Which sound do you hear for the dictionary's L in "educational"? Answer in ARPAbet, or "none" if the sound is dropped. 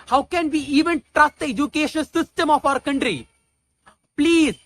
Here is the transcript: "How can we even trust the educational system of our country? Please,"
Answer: N